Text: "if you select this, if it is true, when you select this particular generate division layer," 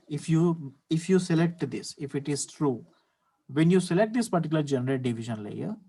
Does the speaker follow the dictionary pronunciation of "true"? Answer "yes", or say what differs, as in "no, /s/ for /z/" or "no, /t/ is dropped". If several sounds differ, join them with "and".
yes